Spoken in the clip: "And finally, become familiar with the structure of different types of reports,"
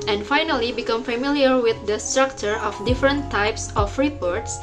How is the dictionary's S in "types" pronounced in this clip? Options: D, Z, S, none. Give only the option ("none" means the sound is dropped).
S